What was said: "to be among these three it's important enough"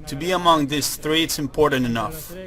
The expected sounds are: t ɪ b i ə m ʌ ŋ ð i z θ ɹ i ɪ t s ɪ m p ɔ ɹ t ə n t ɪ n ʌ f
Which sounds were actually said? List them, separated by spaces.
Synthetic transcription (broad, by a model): t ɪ b i ə m ʌ ŋ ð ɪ s θ ɹ i ɪ t s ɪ m p ɔ ɹ t n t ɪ n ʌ f